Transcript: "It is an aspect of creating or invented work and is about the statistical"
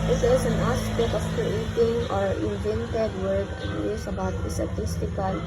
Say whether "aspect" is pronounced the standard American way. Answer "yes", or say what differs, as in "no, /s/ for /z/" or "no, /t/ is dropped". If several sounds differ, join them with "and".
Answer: no, /t/ is dropped